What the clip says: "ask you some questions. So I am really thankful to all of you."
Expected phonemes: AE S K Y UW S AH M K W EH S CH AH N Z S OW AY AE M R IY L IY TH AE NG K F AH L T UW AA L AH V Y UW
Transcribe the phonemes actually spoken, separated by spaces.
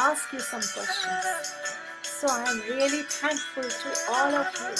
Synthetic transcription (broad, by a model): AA S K Y UW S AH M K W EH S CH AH N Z S OW AY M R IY L IY T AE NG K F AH L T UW AA L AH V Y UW